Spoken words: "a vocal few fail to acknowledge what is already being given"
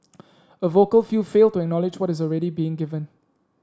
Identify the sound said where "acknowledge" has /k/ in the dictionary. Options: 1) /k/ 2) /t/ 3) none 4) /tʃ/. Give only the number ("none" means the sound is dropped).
1